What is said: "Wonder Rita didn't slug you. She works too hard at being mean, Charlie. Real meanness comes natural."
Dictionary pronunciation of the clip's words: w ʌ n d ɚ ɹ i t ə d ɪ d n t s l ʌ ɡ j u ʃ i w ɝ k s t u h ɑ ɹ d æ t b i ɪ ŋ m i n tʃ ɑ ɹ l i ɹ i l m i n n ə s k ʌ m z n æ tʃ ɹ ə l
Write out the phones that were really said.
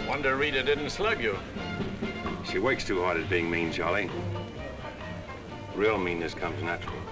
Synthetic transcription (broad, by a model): w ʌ n d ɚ ɹ i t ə d ɪ d n t s l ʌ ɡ j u ʃ i w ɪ k s t u h ɑ ɹ d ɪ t b i ɪ ŋ m i n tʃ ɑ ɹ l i ɹ i l m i n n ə s k ʌ m z n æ tʃ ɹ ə l